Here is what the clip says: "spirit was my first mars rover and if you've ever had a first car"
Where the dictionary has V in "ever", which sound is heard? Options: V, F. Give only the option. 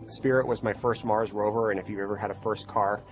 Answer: V